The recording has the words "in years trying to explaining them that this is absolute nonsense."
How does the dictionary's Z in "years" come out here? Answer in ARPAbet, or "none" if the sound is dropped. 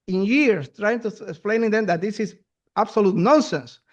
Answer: S